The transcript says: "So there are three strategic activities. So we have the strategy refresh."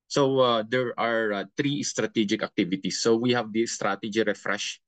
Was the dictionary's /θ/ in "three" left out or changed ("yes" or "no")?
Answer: yes